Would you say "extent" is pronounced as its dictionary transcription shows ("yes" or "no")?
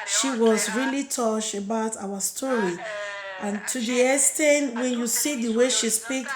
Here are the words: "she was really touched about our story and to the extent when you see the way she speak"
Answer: no